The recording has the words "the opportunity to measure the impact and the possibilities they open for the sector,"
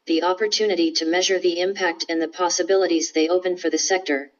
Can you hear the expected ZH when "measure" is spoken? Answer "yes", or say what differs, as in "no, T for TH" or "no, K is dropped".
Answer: yes